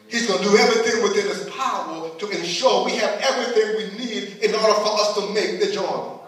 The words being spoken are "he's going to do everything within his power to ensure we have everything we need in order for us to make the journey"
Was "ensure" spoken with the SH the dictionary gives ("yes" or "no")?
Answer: yes